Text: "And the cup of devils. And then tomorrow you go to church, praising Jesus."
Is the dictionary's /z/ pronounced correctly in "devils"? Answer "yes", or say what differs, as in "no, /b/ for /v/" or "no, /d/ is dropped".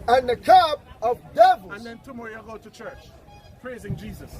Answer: no, /z/ is dropped